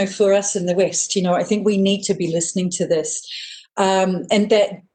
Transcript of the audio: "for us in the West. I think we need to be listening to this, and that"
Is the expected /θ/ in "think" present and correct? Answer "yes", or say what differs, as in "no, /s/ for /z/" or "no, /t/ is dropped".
yes